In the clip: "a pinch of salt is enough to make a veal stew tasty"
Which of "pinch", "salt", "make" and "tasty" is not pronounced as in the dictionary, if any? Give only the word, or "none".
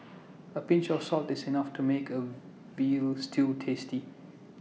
none